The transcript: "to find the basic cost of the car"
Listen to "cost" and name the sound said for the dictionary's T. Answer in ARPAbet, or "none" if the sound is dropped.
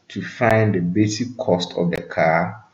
T